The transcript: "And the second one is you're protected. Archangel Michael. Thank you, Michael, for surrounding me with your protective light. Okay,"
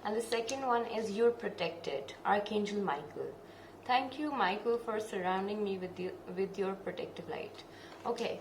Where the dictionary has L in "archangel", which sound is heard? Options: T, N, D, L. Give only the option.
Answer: L